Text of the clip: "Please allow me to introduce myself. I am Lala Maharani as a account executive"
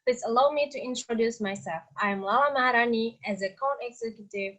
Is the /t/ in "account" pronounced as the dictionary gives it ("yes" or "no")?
no